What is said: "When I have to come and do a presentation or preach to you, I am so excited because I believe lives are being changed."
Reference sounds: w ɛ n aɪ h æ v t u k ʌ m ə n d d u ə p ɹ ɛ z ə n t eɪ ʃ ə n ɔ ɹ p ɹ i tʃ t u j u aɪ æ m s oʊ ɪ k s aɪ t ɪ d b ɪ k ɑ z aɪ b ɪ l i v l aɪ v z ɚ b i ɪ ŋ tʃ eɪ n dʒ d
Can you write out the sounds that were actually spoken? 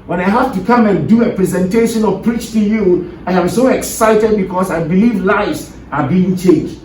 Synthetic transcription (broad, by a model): w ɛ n aɪ h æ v t u k ʌ m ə n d d u ə p ɹ ɛ z ə n t eɪ ʃ ə n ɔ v p ɹ i tʃ t u j u aɪ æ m s oʊ ɪ k s aɪ t ɪ d b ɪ k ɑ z aɪ b ɪ l i v l aɪ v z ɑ b i ɪ ŋ tʃ eɪ n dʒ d